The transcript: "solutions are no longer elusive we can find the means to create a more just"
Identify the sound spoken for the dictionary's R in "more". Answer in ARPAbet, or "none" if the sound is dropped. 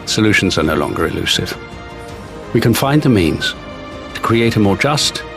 R